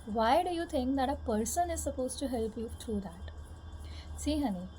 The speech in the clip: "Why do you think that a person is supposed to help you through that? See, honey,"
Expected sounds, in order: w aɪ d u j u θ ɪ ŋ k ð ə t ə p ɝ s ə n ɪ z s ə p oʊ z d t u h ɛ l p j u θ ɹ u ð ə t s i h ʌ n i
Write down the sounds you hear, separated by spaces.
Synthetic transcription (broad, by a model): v aɪ d u j u t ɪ ŋ k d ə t ə p ɝ s ə n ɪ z s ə p oʊ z t u h ɛ l p j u t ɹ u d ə t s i h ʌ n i